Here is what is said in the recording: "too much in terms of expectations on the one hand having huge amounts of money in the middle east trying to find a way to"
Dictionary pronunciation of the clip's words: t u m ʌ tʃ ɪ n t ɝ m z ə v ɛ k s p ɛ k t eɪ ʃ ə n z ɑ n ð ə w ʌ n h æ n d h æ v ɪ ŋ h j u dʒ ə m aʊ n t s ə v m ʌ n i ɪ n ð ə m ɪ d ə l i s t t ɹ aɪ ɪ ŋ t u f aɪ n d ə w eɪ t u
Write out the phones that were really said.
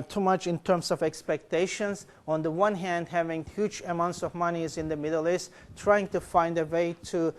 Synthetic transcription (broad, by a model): t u m ʌ tʃ ɪ n t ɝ m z ə v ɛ k s p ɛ k t eɪ ʃ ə n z ɑ n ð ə w ʌ n h æ n d h æ v ɪ ŋ h j u dʒ ə m aʊ n t s ə v m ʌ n i ɪ n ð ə m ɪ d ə l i s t t ɹ aɪ ɪ ŋ t u f aɪ n d ə w eɪ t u